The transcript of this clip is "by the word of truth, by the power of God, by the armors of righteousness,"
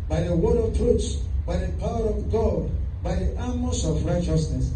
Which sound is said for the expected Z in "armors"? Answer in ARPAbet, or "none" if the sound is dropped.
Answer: S